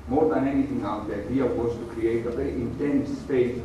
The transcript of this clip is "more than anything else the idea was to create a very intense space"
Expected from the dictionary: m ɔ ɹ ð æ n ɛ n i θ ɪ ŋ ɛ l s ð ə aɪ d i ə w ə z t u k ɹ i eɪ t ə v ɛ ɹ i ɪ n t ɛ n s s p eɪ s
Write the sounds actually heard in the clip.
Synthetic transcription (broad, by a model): m ɔ ɹ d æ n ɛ n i t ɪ ŋ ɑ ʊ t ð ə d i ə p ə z t u k ɹ i eɪ t ə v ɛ ɹ i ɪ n t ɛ n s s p eɪ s